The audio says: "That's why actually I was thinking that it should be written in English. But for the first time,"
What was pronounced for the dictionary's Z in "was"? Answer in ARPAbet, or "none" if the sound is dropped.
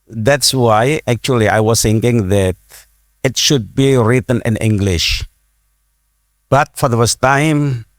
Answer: S